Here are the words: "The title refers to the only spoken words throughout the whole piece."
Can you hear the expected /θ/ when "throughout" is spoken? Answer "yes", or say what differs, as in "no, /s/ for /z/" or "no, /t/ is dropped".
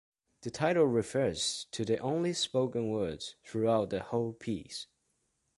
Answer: yes